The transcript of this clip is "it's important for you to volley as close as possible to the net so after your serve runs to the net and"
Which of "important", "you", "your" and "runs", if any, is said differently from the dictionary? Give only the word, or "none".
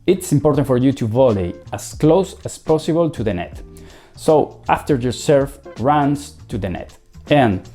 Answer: runs